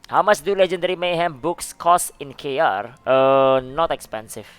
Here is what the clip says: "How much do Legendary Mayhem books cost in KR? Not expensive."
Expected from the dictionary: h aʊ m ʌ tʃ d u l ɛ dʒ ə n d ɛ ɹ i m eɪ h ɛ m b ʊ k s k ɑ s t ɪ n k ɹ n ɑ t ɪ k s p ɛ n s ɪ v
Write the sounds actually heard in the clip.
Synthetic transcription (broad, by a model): h aʊ m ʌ s d u l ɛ dʒ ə n d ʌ ɹ i m eɪ h ɛ m b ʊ k s k ɑ s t ɪ n k ɹ n ɑ t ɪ k s p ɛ n s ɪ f